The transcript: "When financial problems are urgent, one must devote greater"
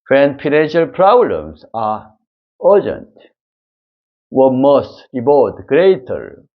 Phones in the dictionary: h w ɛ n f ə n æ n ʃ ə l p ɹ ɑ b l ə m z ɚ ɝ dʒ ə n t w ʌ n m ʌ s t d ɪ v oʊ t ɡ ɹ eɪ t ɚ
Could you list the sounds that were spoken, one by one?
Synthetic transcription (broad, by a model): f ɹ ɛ n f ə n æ n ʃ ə l p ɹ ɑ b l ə m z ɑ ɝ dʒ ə n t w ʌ m ʌ s t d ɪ b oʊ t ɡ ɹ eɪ t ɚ